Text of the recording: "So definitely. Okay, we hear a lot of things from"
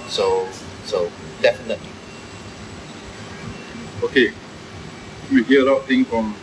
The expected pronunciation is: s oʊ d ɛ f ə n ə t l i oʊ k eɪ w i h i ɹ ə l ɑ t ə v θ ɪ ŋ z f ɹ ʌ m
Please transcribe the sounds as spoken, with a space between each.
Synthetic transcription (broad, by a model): s oʊ d ɛ f ə n ə t l i oʊ k eɪ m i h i ə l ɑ ə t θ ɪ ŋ f ɹ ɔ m